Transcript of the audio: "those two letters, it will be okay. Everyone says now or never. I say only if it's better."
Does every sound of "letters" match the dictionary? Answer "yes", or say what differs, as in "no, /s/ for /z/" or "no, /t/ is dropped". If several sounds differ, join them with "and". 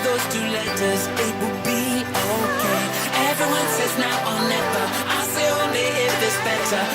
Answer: yes